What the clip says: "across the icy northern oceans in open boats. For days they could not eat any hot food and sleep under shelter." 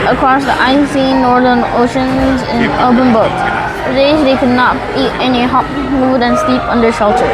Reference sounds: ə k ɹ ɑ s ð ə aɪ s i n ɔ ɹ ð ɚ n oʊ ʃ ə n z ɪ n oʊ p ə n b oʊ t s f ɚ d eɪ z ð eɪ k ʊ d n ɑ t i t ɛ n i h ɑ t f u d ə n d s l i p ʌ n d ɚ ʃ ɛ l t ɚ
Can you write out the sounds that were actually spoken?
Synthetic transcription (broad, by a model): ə k ɹ ɑ s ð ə aɪ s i n ɔ ɹ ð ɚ n oʊ ʃ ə n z ɪ n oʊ b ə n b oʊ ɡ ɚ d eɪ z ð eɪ k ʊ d n ɑ t i t ɛ n i h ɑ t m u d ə n s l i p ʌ n d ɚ ʃ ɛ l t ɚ